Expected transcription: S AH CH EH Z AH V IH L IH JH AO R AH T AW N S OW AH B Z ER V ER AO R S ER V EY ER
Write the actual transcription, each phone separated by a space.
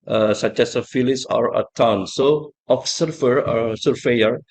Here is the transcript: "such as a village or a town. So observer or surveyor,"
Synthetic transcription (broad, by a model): S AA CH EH S AH F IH L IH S AO R AH T AW N S OW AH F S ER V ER AO R S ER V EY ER